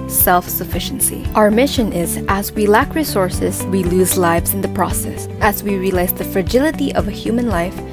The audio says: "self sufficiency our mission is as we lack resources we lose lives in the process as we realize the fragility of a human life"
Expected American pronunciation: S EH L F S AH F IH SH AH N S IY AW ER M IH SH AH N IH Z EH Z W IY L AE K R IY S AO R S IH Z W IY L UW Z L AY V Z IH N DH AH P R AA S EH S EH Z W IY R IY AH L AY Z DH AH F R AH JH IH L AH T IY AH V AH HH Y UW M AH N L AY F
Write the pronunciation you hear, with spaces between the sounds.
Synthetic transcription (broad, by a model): S EH L F S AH F IH SH N S IY AW ER M IH SH AH N IH Z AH Z W IY L AE K R IY S AO R S IH Z W IY L UW Z L AY V Z IH N DH AH P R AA S EH S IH Z W IY R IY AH L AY S DH AH F R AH JH IH L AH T IY AH V AH HH Y UW M AH N L AY F